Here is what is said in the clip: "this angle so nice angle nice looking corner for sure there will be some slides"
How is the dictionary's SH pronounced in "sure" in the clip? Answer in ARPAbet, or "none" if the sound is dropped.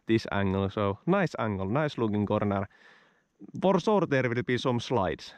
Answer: S